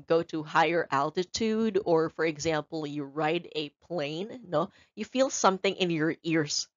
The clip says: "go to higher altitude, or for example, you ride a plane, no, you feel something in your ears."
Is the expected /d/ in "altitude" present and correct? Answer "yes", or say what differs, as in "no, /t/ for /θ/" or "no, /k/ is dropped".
yes